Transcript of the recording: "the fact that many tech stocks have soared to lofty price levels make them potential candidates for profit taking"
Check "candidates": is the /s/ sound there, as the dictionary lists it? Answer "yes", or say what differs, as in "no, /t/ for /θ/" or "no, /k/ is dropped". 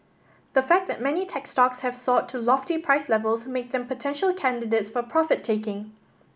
yes